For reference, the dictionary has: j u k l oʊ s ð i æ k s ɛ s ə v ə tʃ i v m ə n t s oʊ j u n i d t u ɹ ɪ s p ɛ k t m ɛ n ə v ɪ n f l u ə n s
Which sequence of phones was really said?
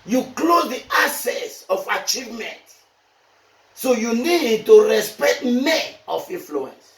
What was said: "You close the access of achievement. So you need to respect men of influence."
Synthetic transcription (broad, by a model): j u k l oʊ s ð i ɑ s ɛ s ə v ə tʃ i v m ə n t s oʊ j u n i d t u ɹ ɪ s p ɛ k t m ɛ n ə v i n f l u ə n s